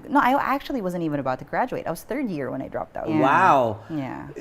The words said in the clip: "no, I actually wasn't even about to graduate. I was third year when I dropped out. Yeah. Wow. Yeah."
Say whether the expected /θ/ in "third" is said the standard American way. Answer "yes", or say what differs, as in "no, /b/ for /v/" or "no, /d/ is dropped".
yes